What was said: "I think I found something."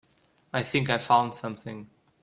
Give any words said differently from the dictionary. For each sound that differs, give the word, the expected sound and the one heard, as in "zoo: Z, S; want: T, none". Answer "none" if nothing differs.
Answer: none